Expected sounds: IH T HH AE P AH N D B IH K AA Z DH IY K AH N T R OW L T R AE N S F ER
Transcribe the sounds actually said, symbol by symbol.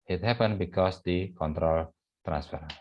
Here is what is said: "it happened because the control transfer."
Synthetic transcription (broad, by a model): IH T HH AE P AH N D B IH K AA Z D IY K AH N T R OW L T R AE N S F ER